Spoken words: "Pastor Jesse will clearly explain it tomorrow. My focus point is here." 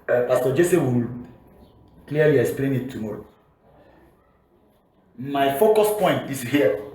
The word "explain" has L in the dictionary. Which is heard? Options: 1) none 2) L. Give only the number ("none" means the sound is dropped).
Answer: 2